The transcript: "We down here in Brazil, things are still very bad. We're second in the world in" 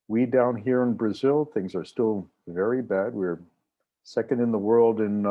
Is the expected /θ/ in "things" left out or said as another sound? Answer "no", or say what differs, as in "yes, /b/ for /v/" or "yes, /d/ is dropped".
no